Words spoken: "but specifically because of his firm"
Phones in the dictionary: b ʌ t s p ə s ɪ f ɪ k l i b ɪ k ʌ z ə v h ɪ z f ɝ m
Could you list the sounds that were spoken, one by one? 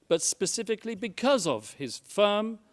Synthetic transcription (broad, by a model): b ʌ t s p ə s ɪ f ɪ k l i b ɪ k ʌ z ə v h ɪ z f ɝ m